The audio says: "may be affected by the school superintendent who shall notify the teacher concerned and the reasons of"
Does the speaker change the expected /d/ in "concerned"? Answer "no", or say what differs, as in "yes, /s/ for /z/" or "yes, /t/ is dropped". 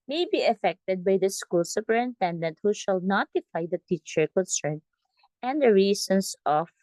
yes, /d/ is dropped